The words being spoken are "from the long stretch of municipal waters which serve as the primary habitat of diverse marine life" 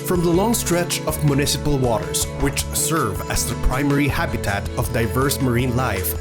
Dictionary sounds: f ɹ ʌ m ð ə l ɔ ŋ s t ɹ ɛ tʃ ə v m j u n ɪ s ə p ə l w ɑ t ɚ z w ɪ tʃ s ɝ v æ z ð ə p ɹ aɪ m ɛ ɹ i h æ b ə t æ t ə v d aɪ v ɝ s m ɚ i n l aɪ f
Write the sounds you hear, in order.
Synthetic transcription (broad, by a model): f ɹ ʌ m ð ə l ɔ ŋ s t ɹ ɛ tʃ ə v m j u n ɪ s ə p ə l w ɑ t ɚ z w ɪ tʃ s ɝ v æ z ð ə p ɹ aɪ m ɛ ɹ i h æ b ə t æ t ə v d aɪ v ɝ s m ɚ i n l aɪ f